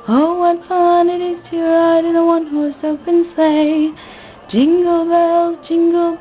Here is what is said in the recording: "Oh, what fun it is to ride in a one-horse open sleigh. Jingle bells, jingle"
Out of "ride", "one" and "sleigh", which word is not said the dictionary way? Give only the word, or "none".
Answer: sleigh